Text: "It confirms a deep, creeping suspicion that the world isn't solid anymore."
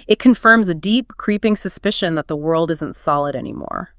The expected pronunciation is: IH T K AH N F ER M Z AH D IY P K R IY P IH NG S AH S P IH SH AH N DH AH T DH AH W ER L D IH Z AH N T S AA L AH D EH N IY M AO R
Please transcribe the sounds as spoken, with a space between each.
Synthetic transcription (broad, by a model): IH T K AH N F ER M Z AH D IY P K R IY P IH NG S AH S P IH SH AH N DH AH T DH AH W ER L D IH Z AH N T S AA L AH D EH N IY M AO R